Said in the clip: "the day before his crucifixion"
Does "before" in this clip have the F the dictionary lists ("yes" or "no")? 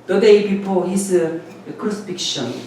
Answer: no